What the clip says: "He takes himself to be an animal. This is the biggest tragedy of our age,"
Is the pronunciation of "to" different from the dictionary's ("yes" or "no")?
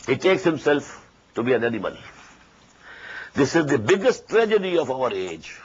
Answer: no